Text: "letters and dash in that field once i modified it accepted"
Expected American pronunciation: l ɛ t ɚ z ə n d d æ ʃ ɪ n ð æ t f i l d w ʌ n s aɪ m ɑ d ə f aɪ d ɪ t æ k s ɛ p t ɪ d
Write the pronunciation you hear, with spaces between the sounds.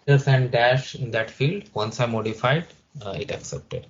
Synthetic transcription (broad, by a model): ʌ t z ə n d d æ ʃ ɪ n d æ t f i l d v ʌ n s aɪ m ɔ d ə f aɪ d ɪ t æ k s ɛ p t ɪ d